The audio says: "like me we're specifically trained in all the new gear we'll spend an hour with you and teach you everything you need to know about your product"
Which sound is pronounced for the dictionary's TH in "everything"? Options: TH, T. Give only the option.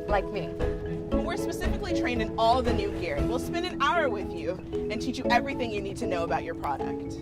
TH